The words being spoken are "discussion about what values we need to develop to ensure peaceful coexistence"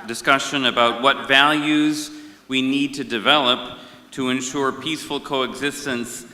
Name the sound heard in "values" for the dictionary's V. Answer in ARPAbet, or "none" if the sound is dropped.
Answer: V